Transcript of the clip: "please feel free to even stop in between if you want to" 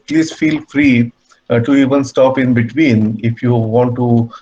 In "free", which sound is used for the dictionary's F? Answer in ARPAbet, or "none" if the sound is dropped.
F